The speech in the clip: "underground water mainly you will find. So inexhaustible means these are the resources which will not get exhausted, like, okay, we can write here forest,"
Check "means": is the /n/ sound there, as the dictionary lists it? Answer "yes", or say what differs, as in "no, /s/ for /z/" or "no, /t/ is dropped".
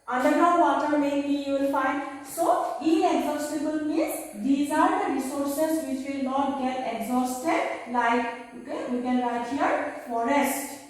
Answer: no, /n/ is dropped